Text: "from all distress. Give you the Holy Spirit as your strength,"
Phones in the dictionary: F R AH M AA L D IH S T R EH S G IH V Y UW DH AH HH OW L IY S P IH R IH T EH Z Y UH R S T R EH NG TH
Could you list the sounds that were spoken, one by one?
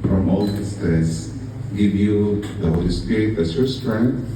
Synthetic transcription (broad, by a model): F R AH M AA L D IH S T EH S G IH V Y UW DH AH HH OW L IY S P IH R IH T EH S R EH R S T R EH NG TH